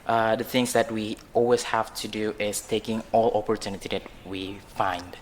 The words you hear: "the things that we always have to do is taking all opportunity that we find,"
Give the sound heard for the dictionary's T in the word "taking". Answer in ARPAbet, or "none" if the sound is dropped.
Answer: T